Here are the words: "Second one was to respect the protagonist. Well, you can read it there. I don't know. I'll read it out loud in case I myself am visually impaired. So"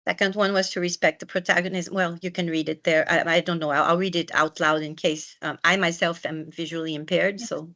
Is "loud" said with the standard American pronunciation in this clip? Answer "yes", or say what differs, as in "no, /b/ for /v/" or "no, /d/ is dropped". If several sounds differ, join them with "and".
yes